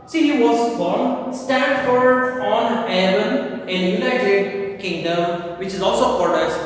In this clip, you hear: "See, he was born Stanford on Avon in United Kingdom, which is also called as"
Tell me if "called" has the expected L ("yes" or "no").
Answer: no